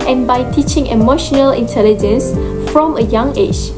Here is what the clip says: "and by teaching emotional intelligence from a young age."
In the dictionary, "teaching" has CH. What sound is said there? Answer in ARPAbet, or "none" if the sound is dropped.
CH